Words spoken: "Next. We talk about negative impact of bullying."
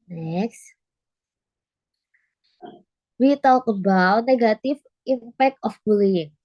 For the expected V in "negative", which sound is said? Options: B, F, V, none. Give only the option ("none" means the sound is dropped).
F